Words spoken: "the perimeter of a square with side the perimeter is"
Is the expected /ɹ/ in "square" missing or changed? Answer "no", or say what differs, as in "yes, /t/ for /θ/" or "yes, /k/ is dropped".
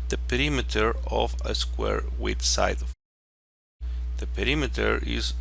no